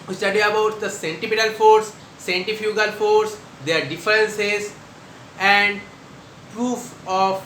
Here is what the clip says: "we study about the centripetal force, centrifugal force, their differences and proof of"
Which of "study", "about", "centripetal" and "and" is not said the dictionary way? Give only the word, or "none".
centripetal